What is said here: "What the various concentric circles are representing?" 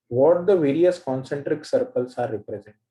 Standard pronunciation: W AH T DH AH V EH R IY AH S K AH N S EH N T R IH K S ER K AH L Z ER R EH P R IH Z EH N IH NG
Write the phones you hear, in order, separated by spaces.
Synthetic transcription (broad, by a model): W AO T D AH V EH R IY AH S K AH N S EH N T R IH K S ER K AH L S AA R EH P R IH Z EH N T